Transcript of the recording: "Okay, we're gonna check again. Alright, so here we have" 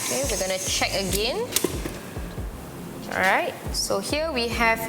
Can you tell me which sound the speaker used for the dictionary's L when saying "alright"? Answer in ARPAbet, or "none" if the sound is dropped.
none